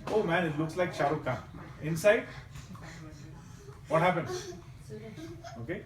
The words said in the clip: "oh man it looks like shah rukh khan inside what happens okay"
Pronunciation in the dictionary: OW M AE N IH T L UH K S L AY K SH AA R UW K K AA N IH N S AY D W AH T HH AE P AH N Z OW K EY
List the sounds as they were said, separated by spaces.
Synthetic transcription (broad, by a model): OW M AE N IH T L UH K S L AY K SH AA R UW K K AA IH N S AY D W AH T HH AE P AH N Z OW K EY